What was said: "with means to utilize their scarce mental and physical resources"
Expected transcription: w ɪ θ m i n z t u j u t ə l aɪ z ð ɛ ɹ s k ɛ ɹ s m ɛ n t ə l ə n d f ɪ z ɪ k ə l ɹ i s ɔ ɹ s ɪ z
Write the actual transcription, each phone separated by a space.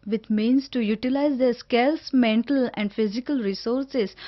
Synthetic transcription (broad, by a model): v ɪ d m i n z t u j u t ə l aɪ z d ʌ s k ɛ l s m ɛ n t ə l ə n d f ɪ z ɪ k ə l ɹ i s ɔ ɹ s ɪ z